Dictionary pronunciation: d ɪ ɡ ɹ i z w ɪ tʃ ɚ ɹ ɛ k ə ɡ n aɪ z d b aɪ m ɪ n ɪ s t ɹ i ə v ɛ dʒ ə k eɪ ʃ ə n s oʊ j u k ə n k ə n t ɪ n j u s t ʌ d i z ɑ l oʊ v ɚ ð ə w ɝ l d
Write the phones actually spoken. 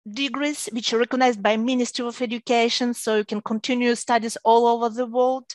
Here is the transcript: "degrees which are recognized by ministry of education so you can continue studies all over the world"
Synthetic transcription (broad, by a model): d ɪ ɡ ɹ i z w ɪ tʃ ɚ ɹ ɛ k ə ɡ n aɪ z d b aɪ m ɪ n ɪ s t ɹ i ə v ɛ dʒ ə k eɪ ʃ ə n s oʊ j u k ə n k ə n t ɪ n j u s t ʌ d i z ɑ l oʊ v ɚ ð ə w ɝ l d